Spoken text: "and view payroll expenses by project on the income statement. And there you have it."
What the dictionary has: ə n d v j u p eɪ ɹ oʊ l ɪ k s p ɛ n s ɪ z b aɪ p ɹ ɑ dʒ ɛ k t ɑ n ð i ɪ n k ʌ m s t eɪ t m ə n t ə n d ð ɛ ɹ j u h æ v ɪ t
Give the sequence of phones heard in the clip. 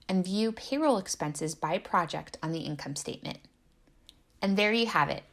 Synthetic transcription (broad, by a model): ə n v j u p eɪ ɹ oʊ l ɪ k s p ɛ n s ɪ z b aɪ p ɹ ɑ dʒ ɛ k t n ð i ɪ n k ʌ m s t eɪ t m ə n t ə n ð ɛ ɹ j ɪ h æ v ɪ t